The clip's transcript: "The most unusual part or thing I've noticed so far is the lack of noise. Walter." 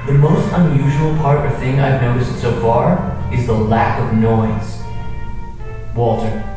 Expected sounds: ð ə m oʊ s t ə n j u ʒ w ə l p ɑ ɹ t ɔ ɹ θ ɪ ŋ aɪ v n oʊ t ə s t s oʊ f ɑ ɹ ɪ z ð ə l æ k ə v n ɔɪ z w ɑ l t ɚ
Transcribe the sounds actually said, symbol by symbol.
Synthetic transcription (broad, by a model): ð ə m oʊ s t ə n j u ʒ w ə l p ɑ ɹ t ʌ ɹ θ ɪ ŋ aɪ v n oʊ t ə s t s oʊ f ɑ ɹ ɪ z ð ə l æ k ə v n ɔɪ z w ɑ l t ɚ